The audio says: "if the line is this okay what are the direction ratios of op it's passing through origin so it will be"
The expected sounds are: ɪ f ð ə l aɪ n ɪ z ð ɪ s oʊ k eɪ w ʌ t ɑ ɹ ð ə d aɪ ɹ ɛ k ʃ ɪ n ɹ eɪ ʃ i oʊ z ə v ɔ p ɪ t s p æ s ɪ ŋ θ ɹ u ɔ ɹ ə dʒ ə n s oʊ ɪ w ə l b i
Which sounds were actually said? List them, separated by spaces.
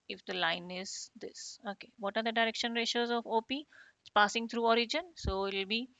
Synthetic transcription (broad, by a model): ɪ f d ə l aɪ n ɪ z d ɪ s oʊ k eɪ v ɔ t ɑ ɹ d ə d aɪ ɹ ɛ k ʃ ɪ n ɹ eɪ ʃ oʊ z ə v ɔ p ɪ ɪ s p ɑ s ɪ ŋ t ɹ u ɔ ɹ ə dʒ ə n s oʊ ɪ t l b i